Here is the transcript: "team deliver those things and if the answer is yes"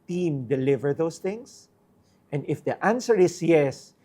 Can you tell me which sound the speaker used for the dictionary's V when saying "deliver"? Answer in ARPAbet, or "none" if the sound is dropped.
V